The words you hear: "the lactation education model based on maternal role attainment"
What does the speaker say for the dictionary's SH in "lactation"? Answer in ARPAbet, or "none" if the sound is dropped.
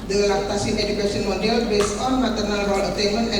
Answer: S